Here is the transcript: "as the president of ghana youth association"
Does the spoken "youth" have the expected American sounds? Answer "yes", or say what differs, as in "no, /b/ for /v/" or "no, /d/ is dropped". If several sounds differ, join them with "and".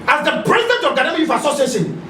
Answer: no, /f/ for /θ/